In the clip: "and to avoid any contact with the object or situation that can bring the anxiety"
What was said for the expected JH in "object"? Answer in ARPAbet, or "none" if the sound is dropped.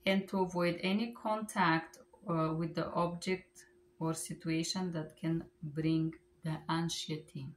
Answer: JH